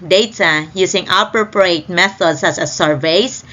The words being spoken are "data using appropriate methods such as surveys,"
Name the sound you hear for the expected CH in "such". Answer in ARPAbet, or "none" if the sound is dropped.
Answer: S